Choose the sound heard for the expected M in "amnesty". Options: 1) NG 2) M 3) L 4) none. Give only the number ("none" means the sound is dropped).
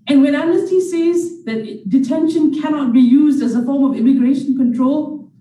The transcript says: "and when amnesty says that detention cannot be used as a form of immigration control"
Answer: 4